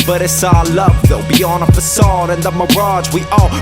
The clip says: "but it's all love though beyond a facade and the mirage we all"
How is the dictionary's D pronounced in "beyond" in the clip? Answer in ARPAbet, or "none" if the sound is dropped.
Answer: none